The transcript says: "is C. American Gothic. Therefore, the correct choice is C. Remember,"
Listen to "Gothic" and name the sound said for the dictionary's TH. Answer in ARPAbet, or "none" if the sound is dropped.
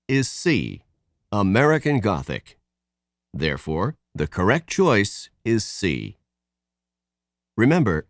TH